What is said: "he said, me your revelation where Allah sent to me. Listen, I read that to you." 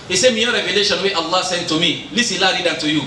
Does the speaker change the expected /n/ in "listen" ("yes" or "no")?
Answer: yes